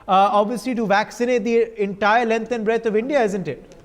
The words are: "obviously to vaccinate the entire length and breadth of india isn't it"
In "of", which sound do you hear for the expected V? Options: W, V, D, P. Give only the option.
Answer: V